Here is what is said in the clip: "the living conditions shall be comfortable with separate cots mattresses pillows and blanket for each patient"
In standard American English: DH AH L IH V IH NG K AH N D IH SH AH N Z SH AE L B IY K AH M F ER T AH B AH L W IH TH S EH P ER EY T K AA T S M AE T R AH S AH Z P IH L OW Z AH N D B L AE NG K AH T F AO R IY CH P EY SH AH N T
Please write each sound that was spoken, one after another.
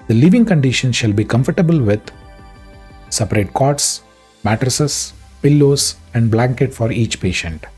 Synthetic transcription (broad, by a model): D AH L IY V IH NG K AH N D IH SH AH N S SH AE L B IY K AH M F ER T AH B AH L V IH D S EH P ER EY T K AA T S M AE T R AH S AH S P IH L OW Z AH N D B L AE NG K AH T F AO R IY CH P EY SH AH N T